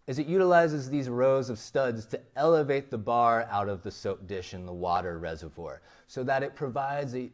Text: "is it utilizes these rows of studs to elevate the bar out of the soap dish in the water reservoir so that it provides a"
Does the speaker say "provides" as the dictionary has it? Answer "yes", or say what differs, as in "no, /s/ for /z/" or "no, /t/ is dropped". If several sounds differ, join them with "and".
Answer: yes